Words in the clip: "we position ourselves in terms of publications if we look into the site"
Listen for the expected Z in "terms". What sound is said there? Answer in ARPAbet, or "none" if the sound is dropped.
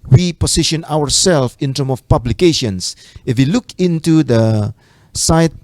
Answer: none